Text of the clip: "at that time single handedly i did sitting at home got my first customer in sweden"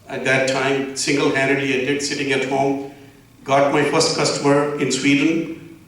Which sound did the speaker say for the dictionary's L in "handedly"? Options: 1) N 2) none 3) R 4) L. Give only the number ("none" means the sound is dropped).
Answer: 2